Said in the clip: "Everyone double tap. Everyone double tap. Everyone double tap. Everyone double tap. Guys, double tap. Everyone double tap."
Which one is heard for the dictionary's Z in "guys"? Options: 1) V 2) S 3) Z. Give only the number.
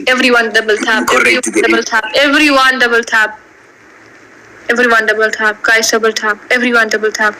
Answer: 2